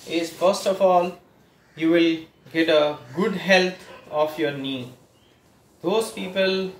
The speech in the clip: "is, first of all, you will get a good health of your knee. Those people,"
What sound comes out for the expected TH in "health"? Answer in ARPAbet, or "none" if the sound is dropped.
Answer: T